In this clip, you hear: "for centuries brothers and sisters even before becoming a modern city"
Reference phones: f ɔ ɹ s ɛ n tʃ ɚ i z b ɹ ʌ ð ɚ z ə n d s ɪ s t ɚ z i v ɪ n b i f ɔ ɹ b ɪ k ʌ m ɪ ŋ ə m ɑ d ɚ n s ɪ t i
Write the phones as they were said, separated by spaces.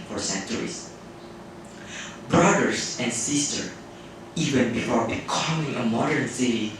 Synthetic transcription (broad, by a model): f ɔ ɹ s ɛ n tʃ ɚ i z b ɹ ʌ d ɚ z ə n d s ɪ s t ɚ i v ɪ n b i f ɔ ɹ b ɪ k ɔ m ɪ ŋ ə m ɑ d ɚ n s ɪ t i